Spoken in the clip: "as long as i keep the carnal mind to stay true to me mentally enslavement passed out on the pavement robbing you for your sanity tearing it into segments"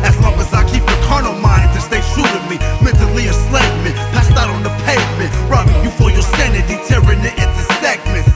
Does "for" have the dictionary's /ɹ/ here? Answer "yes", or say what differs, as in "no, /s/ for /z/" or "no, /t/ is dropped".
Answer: no, /l/ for /ɹ/